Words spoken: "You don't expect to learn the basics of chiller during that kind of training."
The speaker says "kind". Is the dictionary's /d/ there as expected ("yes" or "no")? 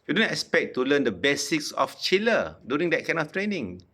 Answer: no